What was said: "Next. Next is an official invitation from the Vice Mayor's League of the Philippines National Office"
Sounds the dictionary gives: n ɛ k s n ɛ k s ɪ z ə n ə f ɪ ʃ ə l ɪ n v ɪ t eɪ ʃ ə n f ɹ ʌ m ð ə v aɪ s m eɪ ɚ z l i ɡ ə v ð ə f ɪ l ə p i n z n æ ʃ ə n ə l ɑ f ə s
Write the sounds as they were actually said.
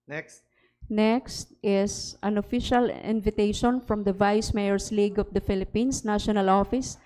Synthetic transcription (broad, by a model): n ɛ k s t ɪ s ə n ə f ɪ ʃ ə l ɪ n v ɪ t eɪ ʃ ə n f ɹ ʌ m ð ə v aɪ s m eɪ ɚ s l i ɡ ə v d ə f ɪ l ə p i n s n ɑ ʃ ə n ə l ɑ f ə s